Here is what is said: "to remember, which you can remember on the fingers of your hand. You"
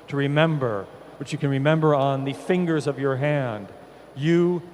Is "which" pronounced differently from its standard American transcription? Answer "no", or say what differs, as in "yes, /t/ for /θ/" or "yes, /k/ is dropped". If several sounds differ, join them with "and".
no